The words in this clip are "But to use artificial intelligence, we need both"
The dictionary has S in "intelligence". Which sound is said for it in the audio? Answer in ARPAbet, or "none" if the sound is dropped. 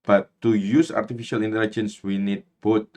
S